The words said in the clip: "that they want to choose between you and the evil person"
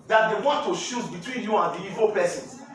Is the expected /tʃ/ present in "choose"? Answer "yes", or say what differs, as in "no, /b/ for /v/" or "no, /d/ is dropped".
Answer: no, /ʃ/ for /tʃ/